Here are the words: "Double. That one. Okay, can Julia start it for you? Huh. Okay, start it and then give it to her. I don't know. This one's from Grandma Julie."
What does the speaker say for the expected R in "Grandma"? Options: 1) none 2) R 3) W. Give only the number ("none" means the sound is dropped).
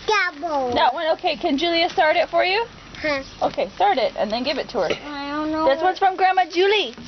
2